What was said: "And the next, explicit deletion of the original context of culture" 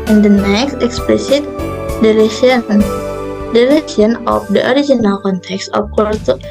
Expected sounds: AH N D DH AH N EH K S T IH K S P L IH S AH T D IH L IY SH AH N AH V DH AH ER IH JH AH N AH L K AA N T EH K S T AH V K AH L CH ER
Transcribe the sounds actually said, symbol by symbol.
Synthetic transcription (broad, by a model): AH N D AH N EH K S T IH K S P L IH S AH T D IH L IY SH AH N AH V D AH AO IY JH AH N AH L K AA N T EH K S T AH F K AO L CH